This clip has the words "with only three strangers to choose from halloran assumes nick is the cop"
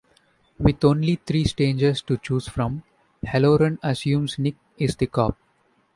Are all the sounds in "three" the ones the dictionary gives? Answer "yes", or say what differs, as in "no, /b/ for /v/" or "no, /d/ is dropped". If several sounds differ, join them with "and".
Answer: no, /t/ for /θ/